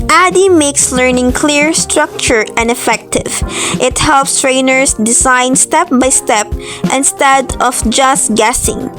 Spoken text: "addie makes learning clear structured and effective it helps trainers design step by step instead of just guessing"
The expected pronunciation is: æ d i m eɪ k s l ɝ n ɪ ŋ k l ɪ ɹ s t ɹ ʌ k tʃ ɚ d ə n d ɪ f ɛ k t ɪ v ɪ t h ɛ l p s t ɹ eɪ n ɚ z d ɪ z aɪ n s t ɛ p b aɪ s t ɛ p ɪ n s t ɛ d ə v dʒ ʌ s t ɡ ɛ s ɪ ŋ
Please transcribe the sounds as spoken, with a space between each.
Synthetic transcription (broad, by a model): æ d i m eɪ k s l ɝ n ɪ ŋ k l ɪ ɹ s t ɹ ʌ k tʃ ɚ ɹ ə n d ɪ f ɛ k t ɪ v ɪ t h ɛ l p s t ɹ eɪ n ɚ s d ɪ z aɪ n s t ɛ p b aɪ s t ɛ p ɪ n s t ɛ d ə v dʒ ʌ s t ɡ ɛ s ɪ ŋ